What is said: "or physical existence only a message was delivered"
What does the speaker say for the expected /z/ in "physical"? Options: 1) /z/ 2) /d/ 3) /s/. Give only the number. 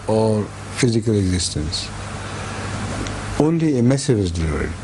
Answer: 1